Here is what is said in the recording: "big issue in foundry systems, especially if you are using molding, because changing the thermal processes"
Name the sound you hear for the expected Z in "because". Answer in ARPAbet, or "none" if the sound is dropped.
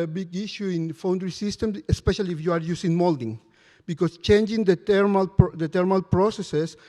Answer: S